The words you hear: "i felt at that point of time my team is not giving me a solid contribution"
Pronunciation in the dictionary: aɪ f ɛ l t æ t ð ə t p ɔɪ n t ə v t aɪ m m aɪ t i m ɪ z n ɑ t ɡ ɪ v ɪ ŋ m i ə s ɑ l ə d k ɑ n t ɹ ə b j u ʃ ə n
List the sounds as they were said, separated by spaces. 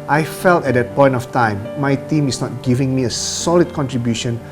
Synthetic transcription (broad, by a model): aɪ f ɛ l t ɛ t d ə t p ɔɪ n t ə f t aɪ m m aɪ t i m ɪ s n ɑ t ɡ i v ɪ ŋ m i ə s ɑ l ə d k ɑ n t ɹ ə b j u ʃ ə n